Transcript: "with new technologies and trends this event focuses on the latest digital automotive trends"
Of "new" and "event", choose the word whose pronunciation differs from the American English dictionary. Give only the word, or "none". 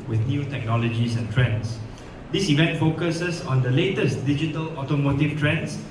none